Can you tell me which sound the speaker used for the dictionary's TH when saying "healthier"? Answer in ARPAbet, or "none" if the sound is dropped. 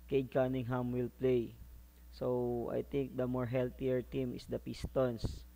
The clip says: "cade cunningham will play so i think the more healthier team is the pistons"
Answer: T